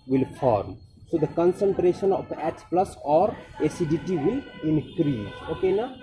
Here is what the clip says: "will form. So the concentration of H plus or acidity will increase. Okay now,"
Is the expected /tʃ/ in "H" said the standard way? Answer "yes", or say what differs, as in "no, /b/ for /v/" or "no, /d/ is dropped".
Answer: no, /s/ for /tʃ/